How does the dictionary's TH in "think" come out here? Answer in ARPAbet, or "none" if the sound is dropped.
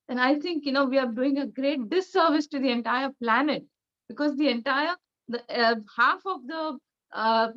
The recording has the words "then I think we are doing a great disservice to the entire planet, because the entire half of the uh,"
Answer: T